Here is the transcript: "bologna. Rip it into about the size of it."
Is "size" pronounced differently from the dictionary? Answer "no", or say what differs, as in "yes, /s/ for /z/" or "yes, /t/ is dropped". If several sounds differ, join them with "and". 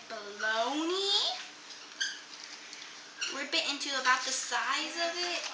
no